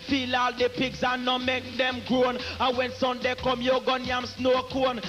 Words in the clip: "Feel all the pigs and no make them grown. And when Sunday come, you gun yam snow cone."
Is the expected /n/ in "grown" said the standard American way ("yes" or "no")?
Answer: yes